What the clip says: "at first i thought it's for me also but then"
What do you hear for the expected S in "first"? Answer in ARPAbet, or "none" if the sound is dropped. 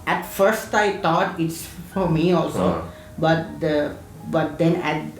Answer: S